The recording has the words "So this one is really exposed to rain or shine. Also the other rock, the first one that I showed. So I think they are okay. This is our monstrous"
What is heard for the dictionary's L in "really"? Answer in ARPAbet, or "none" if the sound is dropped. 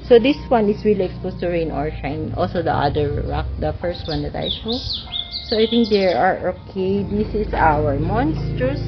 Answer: L